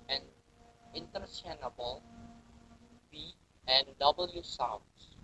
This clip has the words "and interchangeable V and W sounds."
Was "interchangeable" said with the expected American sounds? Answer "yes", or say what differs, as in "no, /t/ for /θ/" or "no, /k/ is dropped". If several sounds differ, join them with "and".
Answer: no, /s/ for /tʃ/ and /dʒ/ is dropped